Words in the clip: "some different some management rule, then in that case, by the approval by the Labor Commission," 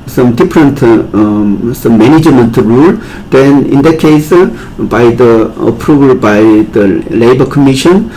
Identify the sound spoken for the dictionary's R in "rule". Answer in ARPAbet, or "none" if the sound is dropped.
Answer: R